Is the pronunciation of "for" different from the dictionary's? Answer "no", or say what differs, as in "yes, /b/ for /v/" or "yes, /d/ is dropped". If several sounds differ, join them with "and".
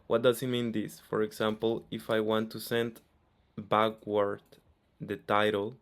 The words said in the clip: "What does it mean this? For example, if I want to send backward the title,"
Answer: no